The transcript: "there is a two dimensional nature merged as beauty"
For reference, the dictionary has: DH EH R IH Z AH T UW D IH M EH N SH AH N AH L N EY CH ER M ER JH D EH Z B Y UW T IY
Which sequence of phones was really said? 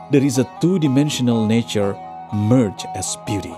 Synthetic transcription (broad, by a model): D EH R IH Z AH T UW D IH M EH N SH AH N AH L N EY CH ER M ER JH EH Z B Y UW T IY